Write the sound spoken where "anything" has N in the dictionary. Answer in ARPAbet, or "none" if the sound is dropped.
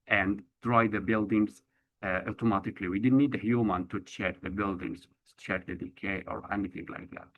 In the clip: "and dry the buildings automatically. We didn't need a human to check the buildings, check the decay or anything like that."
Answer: N